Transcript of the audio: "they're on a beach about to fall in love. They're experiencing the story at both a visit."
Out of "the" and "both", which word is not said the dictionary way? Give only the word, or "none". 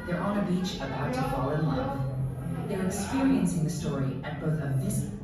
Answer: none